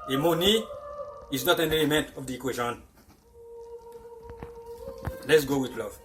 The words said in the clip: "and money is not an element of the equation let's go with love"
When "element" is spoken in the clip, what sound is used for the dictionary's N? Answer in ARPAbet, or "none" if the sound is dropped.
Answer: N